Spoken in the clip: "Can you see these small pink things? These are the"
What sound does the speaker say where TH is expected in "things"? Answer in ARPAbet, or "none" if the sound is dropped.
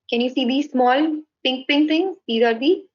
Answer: T